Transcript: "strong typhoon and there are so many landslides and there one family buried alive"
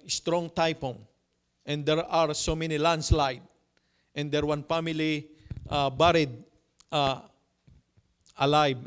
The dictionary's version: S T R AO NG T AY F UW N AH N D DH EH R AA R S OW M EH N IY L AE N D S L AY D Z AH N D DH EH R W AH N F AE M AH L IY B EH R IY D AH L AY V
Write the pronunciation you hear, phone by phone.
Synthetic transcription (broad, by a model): S T R AO NG T AY P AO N AH N D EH R AA R S OW M EH N IY L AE N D S L AY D AH N D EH R W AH N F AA M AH L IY B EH R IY D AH L AY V